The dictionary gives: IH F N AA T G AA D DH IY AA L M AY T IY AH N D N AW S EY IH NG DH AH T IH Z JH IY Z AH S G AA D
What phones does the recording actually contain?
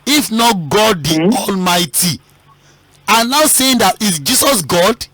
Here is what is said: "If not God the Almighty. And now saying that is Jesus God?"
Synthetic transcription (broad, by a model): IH F N AA T G AA D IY AA L M AY T IY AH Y N AW S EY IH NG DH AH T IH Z JH IY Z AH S G AA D